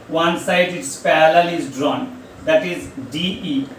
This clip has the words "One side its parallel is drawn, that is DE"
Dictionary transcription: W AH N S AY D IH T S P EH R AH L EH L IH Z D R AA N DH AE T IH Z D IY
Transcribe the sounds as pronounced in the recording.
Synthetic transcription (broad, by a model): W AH N S AY D IH T S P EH L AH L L IH Z D R AA N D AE T IH Z D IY